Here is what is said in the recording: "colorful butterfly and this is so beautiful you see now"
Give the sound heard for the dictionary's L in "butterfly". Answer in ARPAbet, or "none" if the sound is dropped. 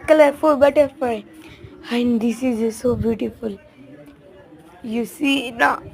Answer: none